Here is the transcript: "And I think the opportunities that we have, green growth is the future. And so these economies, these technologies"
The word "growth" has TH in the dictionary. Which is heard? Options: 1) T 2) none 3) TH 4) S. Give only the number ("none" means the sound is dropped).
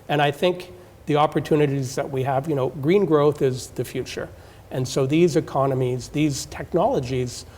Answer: 3